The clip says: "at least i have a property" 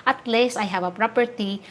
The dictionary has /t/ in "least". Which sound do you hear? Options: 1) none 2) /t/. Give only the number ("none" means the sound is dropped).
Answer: 1